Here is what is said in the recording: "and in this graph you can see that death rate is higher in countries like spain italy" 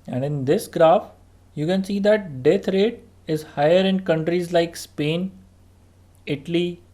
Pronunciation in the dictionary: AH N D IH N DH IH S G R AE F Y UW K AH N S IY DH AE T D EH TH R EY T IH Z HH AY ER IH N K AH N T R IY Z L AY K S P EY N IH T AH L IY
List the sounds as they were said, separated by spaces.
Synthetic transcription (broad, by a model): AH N D IH N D IH S G R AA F Y UW K AH N S IY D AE T D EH T R EY T IH Z HH AY ER IH N K AH N T R IY Z L AY K S P EY N IH T AH L IY